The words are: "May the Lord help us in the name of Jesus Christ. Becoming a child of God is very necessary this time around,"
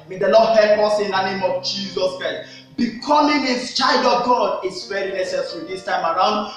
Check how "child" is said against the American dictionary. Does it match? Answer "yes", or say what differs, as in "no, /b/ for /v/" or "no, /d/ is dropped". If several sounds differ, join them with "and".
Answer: yes